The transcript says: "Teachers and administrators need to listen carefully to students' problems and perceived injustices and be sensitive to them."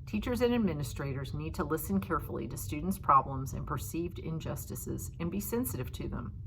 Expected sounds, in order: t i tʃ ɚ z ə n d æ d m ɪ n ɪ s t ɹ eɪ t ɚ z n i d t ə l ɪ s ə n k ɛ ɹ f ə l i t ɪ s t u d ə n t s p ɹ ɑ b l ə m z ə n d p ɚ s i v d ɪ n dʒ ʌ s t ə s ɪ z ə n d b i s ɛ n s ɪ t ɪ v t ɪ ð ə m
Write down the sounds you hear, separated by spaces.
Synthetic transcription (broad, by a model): t i tʃ ɚ z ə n æ d m ɪ n ɪ s t ɹ eɪ t ɚ z n i d t ə l ɪ s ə n k ɛ ɹ f l i t ɪ s t u d n t s p ɹ ɑ b l ə m z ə n p ɚ s i v d ɪ n dʒ ʌ s t ə s ɪ z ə n b i s ɛ n s ɪ t ɪ v t ɪ ð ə m